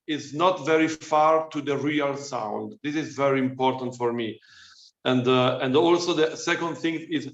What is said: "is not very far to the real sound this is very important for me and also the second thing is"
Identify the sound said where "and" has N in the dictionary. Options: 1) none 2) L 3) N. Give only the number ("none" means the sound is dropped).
3